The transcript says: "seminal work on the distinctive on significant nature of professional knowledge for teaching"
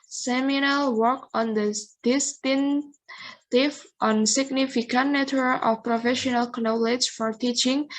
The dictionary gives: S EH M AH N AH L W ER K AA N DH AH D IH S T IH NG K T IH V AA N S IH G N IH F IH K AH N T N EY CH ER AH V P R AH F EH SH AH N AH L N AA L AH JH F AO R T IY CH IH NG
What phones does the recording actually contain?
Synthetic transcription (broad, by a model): S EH M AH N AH L W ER K AA N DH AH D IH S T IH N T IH F AA N S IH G N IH F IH K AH N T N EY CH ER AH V P R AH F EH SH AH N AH L N AA L AH JH F AO R T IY CH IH NG